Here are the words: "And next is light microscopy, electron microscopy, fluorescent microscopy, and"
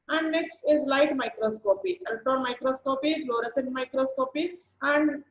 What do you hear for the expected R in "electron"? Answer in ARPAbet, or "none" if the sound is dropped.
none